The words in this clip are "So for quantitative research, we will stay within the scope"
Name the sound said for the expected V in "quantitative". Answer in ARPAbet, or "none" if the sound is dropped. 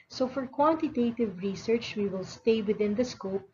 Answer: V